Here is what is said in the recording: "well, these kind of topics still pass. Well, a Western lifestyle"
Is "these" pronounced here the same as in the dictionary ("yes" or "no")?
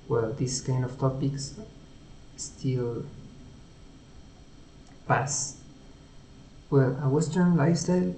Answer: no